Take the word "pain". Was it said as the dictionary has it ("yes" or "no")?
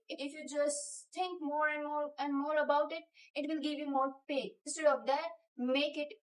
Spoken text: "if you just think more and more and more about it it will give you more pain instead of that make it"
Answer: no